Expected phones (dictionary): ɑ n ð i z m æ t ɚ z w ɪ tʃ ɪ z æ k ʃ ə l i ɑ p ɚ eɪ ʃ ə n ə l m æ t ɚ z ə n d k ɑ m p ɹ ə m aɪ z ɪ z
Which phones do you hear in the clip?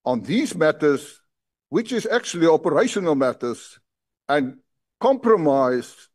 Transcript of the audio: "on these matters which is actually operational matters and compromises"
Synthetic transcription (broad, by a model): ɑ n ð i z m æ t ɚ z w ɪ tʃ ɪ z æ k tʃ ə l i ɑ p ɚ eɪ ʃ ə n ə l m æ t ɚ z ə n k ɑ m p ɹ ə m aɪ ɪ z